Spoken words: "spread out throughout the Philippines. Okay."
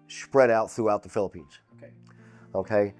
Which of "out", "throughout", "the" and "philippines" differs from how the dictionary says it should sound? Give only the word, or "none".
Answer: none